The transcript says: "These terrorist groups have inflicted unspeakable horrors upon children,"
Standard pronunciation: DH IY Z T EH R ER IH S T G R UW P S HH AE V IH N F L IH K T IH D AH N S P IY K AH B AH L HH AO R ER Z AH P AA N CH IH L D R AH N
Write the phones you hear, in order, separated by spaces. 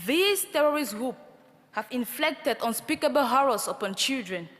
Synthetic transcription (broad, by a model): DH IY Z T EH R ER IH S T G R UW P HH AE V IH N F L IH K T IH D AH N S P IY K AH B AH L HH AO R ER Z AH P AA N CH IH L D R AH N